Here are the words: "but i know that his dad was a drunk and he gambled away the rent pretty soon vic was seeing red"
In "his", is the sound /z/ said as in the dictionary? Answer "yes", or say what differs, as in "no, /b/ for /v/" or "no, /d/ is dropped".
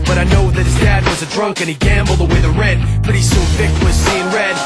yes